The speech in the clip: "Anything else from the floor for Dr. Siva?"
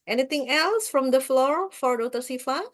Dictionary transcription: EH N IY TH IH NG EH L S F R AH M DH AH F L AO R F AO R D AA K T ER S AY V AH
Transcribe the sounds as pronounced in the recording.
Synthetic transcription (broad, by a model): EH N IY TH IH NG EH L S F R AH M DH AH F L AO R F AO R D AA T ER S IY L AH